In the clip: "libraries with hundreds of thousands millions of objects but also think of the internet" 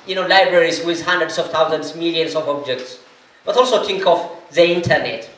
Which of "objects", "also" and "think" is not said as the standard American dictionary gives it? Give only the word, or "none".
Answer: think